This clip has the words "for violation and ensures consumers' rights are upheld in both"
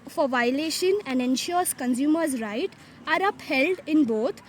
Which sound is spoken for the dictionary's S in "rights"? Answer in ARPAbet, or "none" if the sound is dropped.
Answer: none